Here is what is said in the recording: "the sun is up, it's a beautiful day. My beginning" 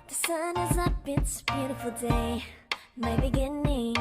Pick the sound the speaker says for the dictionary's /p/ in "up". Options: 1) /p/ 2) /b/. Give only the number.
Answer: 2